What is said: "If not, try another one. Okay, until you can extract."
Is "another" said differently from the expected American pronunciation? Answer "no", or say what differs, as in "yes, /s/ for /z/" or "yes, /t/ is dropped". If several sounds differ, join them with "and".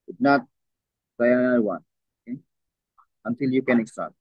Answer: yes, /n/ is dropped and /ð/ is dropped